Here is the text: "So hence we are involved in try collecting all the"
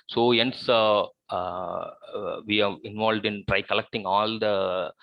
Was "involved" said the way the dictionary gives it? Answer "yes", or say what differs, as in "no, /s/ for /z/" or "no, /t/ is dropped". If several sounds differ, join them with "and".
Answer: yes